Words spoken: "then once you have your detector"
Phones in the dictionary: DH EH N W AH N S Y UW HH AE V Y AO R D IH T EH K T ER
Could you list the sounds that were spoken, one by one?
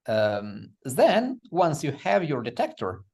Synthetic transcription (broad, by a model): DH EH N W AH N S Y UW HH AE V Y AO R D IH T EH K T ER